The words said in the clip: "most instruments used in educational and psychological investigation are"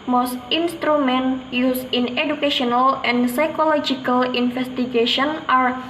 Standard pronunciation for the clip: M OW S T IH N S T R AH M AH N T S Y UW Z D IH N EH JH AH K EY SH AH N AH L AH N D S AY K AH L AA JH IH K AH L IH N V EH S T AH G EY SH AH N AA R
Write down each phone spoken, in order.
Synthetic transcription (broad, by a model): M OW S T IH N S T R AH M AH N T Y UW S IH N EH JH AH K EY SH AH N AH L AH N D S AY K AH L AA JH IH K AH L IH N F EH S T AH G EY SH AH N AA R